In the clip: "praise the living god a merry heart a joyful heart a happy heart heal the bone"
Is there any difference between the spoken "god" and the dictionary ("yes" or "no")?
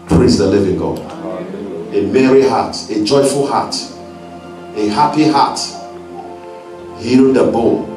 yes